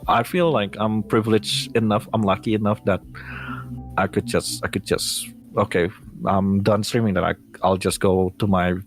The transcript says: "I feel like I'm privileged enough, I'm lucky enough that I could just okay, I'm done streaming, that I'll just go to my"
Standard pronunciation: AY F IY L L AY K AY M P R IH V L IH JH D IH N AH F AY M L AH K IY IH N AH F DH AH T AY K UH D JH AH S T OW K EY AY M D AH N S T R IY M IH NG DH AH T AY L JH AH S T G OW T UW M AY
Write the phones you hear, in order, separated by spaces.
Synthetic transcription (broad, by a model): AY F IY L L AY K AY M P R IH V L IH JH IH N AH F AY M L AH K IY IH N AH F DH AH T AY K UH D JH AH S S OW K EY AY M D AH N S T R IY M IH NG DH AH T AY L JH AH S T G OW T UW M AY